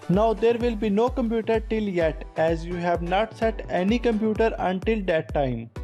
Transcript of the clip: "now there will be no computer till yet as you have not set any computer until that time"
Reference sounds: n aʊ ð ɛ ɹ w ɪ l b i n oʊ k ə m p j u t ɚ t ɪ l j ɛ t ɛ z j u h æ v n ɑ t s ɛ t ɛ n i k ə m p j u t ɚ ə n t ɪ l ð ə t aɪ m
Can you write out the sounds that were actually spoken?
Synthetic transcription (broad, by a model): n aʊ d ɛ ɹ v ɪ l b i n oʊ k ə m p j u t ɚ t ɪ l j ɛ t ɛ z j u h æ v n ɑ t s ɛ t ɛ n i k ə m p j u t ɚ ə n t ɪ l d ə t aɪ m